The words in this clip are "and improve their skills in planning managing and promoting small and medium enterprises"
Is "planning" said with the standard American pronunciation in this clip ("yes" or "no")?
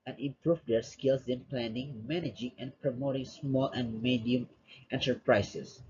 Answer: yes